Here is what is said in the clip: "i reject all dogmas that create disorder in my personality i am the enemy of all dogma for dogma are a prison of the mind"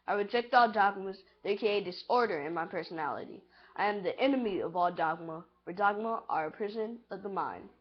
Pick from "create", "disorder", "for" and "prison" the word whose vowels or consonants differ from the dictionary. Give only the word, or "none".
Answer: create